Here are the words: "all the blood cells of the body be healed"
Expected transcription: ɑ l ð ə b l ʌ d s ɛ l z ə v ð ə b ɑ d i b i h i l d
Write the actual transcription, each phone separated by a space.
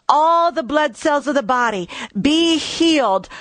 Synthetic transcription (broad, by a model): ɑ l ð ə b l ʌ d s ɛ l z ə v ð ə b ɑ d i b i h i l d